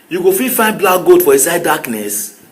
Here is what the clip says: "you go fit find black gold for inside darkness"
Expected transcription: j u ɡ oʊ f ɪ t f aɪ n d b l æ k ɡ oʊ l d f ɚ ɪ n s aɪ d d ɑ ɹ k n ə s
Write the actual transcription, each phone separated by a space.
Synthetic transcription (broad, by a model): j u ɡ oʊ f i f aɪ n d b l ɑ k ɡ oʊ d f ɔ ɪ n s aɪ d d ɑ k n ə s